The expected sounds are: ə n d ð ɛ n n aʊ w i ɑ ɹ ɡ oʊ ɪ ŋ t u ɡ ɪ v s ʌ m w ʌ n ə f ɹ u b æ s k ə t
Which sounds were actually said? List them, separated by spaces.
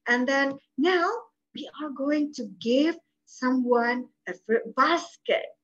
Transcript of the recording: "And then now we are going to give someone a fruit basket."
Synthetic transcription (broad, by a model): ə n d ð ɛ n n aʊ w i ɑ ɹ ɡ oʊ ɪ ŋ t u ɡ ɪ v s ʌ m w ʌ n ə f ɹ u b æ s k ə t